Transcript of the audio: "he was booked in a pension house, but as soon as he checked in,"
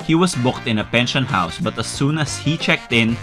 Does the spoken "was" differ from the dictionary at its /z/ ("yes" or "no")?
yes